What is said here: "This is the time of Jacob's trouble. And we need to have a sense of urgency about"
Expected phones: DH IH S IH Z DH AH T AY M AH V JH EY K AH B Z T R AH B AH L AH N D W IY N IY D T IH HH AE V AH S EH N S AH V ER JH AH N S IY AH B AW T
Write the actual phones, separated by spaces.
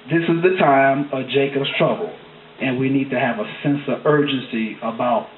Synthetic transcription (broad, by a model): DH IH S IH Z DH AH T AY M AH V JH EY K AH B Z T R AH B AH L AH N W IY N IY D T IH V AH S EH N S AH V ER JH AH N S IY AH B AW T